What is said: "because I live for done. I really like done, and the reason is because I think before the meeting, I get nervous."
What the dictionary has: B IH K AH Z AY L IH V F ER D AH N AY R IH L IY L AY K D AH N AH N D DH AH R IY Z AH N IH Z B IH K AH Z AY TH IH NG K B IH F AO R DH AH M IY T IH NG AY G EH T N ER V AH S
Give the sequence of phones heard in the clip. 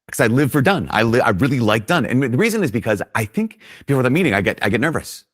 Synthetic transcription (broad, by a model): K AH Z AY L IH V F ER D AH N AY R IH L IY L AY K D AH N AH N DH AH R IY Z AH N IH Z B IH K AH Z AY TH IH NG K B IH F AO R DH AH M IY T IH NG AY G EH T N ER V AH S